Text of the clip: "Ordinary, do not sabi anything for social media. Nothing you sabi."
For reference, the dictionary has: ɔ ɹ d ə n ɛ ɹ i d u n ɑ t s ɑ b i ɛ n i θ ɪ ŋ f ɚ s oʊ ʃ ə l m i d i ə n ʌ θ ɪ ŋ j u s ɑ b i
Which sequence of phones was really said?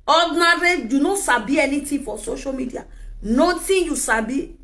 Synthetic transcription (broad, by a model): ɔ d n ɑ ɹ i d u n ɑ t s ɑ b i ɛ n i t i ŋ f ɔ s oʊ ʃ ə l m i d i ə n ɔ t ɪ j u s ɑ b i